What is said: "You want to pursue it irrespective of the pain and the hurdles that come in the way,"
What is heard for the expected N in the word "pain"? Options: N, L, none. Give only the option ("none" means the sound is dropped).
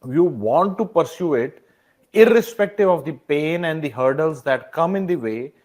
N